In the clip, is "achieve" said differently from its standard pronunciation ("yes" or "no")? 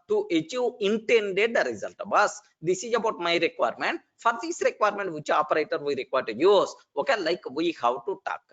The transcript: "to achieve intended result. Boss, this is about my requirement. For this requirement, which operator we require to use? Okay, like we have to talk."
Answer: yes